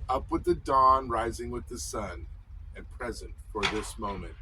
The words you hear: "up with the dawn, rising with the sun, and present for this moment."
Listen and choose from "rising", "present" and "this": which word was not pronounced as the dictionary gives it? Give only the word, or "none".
none